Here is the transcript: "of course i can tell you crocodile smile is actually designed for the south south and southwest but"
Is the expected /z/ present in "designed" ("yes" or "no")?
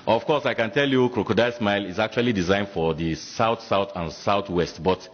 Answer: yes